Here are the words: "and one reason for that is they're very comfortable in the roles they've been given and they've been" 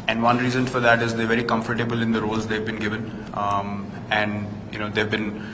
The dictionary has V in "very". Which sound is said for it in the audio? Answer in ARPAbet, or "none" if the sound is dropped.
V